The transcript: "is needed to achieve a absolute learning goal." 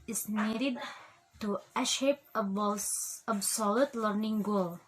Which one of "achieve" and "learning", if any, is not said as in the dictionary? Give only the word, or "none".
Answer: achieve